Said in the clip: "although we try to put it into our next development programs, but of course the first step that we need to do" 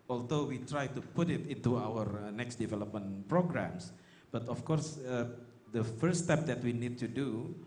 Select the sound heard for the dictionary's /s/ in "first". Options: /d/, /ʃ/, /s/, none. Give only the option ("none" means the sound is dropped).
none